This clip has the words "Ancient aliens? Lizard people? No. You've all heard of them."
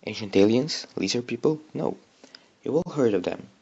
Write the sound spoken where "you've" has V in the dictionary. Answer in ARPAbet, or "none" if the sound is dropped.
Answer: W